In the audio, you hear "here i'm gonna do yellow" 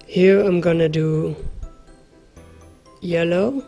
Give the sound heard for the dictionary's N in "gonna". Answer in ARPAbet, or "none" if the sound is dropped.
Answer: N